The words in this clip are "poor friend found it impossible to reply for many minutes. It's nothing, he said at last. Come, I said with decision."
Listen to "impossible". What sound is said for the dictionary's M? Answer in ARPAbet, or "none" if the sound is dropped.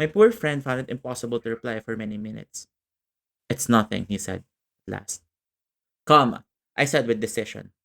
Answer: M